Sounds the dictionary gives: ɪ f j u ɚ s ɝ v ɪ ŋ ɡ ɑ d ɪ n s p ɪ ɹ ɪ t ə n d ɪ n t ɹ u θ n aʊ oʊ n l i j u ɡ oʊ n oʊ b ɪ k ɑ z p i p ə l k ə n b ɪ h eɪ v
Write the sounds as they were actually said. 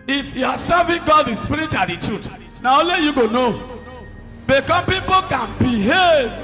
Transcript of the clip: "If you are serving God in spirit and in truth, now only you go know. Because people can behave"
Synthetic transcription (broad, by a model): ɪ f j u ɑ s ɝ v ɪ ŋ ɡ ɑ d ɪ s p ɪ ɹ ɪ t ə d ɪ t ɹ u t n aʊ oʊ l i j u ɡ oʊ n oʊ b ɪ k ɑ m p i p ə k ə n b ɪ h eɪ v